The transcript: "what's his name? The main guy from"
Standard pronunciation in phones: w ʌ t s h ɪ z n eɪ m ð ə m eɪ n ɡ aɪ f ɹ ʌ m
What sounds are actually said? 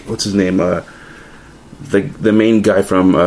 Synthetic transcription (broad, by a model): w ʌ t s h ɪ z n eɪ m ð ə m eɪ n ɡ aɪ f ɹ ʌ m